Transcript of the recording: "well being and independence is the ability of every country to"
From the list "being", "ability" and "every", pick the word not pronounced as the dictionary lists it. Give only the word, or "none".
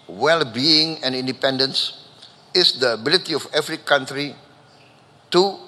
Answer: every